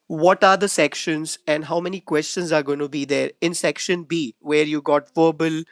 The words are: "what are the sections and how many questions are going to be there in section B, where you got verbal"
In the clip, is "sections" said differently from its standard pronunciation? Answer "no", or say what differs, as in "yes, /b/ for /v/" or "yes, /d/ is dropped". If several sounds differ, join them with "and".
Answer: no